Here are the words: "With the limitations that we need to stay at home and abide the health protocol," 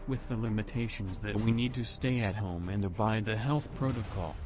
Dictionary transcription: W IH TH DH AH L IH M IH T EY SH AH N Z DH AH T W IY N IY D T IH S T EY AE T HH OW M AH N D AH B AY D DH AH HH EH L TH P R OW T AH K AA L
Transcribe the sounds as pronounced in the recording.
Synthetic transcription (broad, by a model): W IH DH AH L IH M IH T EY SH AH N Z DH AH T W IY N IY D T IH S T EY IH T HH OW M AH N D AH B AY D DH AH HH EH L TH P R OW T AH K AA L